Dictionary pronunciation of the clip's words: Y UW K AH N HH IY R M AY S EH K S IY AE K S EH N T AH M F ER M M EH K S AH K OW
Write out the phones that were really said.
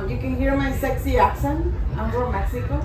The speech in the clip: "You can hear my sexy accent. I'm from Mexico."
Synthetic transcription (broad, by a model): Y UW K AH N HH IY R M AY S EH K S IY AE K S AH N AH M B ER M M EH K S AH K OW